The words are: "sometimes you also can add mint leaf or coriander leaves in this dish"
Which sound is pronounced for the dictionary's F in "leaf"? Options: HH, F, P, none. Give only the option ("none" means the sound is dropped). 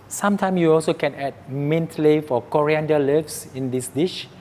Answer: F